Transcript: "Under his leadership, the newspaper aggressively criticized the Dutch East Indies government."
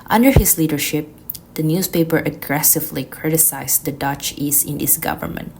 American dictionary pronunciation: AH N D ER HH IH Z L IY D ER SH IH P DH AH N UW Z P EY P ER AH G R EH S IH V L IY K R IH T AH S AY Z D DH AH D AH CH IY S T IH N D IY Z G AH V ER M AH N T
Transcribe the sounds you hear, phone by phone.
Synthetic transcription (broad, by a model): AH N D ER HH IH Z L IY D ER SH IH P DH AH N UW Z P EY P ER AH G R EH S IH V L IY K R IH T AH S AY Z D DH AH D AH CH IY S IH N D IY S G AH V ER M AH N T